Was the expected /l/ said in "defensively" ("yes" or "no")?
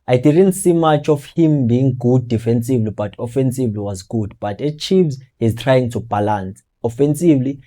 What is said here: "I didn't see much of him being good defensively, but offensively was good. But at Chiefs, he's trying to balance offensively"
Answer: yes